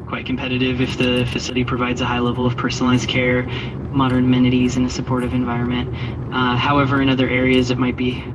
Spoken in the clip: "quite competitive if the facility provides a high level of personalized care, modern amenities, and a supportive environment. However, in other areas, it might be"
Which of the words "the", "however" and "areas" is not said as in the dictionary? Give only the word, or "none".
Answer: none